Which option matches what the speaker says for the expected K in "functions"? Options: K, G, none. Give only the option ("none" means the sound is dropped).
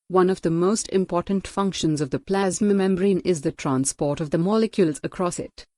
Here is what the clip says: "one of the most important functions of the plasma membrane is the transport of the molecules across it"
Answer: K